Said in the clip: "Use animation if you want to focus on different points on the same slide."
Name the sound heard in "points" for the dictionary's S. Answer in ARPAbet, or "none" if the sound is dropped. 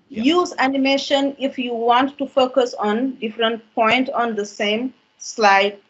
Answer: none